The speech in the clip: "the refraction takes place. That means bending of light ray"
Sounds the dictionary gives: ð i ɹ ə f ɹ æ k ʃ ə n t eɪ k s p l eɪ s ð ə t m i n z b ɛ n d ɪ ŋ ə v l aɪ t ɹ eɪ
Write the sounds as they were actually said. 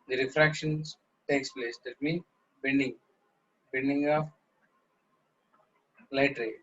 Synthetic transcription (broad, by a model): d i ɹ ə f ɹ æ k ʃ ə n t eɪ k s p l eɪ s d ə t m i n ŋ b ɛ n d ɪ ŋ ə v l aɪ t ɹ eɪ